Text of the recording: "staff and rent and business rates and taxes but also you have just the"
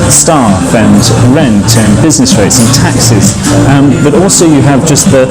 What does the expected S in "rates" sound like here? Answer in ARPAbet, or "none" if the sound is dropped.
S